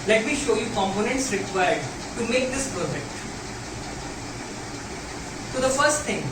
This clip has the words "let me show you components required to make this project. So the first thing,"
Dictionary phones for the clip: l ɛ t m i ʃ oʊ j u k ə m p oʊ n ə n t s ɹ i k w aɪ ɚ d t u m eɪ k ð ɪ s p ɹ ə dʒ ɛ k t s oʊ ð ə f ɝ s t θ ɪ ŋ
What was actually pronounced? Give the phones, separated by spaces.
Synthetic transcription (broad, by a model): l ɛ t m i ʃ oʊ j u k ə m p oʊ n ə n t s ɹ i k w aɪ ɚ d t u m eɪ k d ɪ s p ə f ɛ k t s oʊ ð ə f ɝ s t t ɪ ŋ